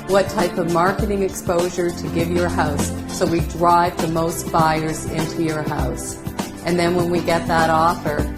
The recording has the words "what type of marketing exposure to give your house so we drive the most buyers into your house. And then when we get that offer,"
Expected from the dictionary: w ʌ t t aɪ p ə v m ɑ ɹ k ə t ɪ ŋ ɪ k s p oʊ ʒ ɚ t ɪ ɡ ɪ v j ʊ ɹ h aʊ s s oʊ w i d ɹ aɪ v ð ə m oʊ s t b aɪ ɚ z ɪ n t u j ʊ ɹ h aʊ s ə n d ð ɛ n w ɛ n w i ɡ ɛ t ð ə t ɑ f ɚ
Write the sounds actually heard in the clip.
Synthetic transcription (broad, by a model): w ʌ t t aɪ p ə v m ɑ ɹ k ə t ɪ ŋ ɪ k s p oʊ ʒ ɚ t ɪ ɡ ɪ v j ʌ ɹ h aʊ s s oʊ w i d ɹ aɪ v ð ə m oʊ s t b aɪ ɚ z ɪ n t u j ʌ ɹ h aʊ s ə n ð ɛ n w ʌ n w i ɡ ɛ t ð ə t ɑ f ɚ